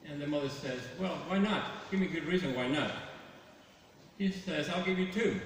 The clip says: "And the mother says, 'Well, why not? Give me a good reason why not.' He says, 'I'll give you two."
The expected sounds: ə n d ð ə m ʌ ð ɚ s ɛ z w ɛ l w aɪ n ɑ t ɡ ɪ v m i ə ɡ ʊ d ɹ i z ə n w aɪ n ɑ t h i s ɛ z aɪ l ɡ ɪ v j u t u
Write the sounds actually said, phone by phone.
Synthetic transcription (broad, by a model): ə n ð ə m ʌ ð ɚ s ɛ z w ɛ l w aɪ n ɑ t ɡ ɪ v m i ə ɡ ʊ d ɹ i z ə n w aɪ n ɑ t h i s ɛ z aɪ l ɡ ɪ v j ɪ t u